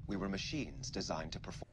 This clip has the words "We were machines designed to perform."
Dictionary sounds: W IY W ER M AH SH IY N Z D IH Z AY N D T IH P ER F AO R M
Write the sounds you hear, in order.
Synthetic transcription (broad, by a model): W IY W ER M AH SH IY N Z D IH Z AY N T IH P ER F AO